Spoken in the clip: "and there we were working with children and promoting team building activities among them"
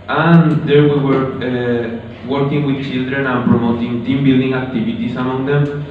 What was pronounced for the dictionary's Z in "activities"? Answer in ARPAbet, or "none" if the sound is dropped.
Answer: S